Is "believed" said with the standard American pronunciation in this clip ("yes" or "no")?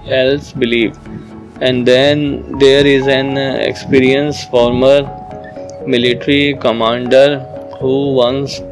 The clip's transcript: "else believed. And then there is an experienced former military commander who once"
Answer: no